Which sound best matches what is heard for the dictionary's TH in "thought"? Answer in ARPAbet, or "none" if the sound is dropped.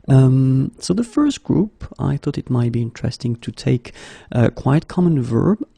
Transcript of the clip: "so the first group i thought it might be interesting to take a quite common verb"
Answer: TH